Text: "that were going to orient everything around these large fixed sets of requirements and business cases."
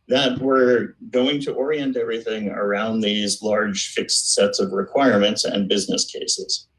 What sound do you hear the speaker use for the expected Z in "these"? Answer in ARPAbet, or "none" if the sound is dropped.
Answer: Z